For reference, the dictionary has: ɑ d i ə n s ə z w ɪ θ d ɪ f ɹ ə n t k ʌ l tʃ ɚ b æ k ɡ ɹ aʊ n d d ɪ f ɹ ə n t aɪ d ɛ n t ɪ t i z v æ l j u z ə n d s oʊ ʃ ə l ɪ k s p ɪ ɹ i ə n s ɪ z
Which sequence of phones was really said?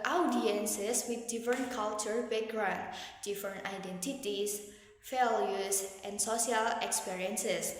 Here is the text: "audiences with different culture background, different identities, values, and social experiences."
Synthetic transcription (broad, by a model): ɑ d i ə n s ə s w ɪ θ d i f ɹ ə n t k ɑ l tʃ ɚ b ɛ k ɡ ɹ aʊ n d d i f ɹ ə n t aɪ d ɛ n t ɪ t i s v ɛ l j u s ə n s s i ə l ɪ k s p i ɹ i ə n s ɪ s